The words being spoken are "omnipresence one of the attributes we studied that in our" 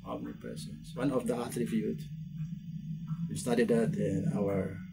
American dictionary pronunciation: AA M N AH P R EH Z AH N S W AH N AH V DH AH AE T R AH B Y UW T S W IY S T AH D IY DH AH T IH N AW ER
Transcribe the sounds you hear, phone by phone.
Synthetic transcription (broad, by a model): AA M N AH P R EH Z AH N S W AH N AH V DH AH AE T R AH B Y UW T W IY S T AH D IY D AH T IH N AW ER